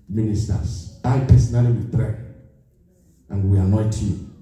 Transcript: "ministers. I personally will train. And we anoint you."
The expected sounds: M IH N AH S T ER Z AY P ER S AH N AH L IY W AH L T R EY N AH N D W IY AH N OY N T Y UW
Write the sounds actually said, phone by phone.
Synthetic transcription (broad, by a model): M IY N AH S T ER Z AY P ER S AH N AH L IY W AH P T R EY AH N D W IY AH N OY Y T Y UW